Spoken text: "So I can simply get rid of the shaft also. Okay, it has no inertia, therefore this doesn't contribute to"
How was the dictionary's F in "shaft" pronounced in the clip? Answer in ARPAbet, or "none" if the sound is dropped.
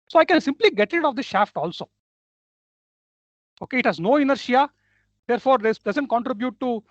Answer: F